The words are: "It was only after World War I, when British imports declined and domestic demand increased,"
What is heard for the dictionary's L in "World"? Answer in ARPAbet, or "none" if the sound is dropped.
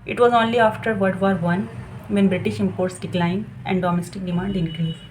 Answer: none